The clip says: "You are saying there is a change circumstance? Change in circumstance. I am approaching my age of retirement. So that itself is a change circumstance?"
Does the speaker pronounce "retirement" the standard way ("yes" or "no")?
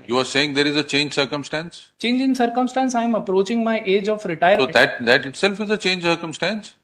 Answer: no